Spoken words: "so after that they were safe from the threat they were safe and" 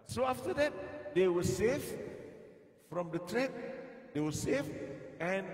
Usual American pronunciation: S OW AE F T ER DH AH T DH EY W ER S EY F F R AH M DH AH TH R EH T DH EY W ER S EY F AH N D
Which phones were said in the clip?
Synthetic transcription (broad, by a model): S OW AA F T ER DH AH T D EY W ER S EY F F R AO M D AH T R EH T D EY W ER S EY F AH N